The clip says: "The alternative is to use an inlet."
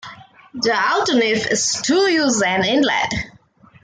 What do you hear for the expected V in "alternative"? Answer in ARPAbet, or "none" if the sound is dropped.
F